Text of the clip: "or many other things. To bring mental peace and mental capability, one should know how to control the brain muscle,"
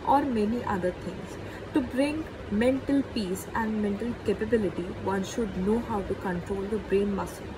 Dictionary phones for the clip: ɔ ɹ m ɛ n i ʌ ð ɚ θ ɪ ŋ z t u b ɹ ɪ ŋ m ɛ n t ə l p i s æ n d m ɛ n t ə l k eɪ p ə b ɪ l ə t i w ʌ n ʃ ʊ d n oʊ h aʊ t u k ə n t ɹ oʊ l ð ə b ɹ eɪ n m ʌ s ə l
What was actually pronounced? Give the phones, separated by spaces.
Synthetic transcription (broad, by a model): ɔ ɹ m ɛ n i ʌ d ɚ t ɪ ŋ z t u b ɹ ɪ ŋ m ɛ n t ə l p i s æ n d m ɛ n t ə l k eɪ p ə b ɪ l ə t i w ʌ n ʃ ʊ d n oʊ h aʊ t u k ə n t ɹ oʊ l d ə b ɹ eɪ n m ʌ s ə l